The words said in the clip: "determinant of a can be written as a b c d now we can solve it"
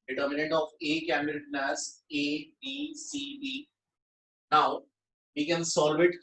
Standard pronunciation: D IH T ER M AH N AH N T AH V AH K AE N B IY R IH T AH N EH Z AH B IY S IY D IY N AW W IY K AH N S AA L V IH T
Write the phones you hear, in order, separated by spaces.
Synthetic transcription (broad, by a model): D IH T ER M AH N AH N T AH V AH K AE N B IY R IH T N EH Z AH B IY S IY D IY N AW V IY K AH N S AA L V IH T